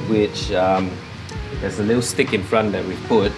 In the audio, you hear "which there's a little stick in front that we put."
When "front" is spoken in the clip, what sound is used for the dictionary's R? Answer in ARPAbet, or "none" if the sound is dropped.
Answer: R